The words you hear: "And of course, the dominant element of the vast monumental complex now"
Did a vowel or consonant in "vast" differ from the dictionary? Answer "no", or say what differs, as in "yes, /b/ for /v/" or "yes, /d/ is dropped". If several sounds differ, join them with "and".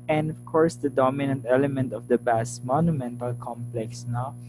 yes, /b/ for /v/